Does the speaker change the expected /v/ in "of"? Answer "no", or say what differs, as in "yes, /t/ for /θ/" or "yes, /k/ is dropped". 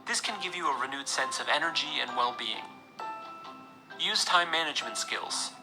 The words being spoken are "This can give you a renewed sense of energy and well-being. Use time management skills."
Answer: no